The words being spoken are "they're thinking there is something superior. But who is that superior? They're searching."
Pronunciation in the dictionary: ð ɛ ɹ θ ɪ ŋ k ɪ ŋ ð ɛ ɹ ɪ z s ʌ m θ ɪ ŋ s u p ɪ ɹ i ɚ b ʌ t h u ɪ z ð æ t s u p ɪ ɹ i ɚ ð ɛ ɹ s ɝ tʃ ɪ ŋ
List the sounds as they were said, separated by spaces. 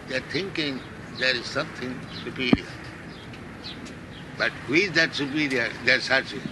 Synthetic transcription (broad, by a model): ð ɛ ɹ t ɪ ŋ k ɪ ŋ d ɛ ɹ ɪ z s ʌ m t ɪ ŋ s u p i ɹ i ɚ b ʌ t h u ɪ z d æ t s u p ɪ ɹ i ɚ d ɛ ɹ s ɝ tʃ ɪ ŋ